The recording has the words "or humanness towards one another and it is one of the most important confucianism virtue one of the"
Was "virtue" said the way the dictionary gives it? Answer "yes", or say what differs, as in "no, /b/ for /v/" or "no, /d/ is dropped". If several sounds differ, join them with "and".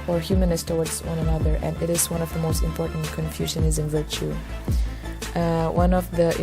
yes